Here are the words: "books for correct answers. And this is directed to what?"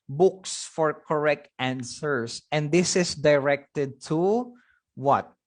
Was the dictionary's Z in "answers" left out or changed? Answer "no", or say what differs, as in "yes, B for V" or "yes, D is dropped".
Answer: yes, S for Z